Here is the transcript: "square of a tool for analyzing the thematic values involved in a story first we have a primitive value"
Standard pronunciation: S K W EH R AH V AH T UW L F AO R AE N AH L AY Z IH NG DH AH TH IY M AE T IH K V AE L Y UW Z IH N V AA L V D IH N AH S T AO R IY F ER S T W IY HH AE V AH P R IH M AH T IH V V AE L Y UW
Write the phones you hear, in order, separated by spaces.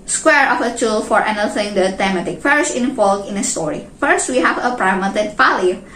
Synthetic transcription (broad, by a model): S K W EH R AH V AH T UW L F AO R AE N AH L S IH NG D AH T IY M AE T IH K F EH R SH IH N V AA L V IH N AH S T AO R IY F ER S T W IY HH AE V AH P R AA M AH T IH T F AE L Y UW